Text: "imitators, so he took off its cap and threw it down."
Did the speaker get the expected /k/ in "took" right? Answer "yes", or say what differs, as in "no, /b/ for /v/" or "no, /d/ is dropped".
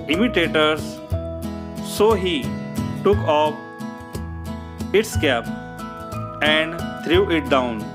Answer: yes